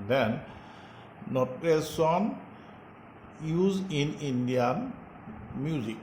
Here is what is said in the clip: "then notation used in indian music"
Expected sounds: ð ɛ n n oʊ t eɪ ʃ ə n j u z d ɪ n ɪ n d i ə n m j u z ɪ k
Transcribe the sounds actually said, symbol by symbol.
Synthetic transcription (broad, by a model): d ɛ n n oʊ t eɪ s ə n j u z ɪ n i n d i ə n m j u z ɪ k